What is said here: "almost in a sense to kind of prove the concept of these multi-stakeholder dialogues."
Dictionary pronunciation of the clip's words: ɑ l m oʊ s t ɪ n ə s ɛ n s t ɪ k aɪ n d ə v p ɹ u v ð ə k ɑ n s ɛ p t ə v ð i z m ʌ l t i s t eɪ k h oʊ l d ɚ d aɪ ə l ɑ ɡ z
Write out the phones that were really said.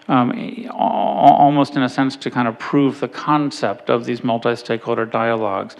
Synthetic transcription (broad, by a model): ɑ l m oʊ s t ɪ n ə s ɛ n s t ɪ k aɪ n d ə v p ɹ u v ð ə k ɑ n s ɛ p t ə v ð i z m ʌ l t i s t eɪ k h oʊ l d ɚ d aɪ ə l ɑ ɡ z